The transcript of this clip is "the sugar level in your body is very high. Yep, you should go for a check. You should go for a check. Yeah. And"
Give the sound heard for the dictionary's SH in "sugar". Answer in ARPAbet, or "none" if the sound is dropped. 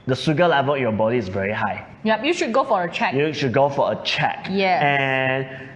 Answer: S